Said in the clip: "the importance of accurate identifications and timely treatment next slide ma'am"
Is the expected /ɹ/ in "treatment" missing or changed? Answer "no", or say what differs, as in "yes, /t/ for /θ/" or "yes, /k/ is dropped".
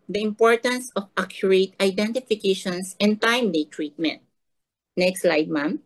no